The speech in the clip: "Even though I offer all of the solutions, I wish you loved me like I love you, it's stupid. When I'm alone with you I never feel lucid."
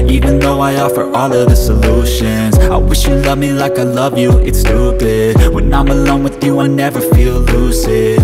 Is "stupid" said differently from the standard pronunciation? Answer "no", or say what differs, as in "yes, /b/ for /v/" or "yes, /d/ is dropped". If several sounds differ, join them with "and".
yes, /b/ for /p/